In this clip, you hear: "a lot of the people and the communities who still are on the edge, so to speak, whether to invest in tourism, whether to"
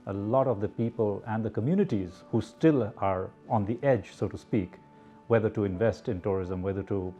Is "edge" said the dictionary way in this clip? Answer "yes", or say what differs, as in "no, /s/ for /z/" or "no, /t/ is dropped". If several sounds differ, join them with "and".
yes